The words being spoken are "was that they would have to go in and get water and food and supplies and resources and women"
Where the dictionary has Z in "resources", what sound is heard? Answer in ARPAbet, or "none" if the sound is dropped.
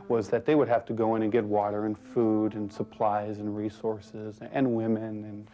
Z